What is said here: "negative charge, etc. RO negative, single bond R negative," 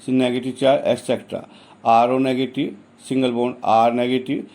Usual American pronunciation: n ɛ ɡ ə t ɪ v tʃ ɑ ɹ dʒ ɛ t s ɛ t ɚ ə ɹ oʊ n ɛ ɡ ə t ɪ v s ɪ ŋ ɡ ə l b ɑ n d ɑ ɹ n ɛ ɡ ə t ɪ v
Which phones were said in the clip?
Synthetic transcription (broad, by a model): n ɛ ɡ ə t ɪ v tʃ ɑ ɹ ɛ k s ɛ t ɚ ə ɹ oʊ n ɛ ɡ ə t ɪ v s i ŋ ɡ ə l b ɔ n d ɑ ɹ n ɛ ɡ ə t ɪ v